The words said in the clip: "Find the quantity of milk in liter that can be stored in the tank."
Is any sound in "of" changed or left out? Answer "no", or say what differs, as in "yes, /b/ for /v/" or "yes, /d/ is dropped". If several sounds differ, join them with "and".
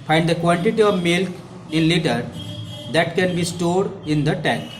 no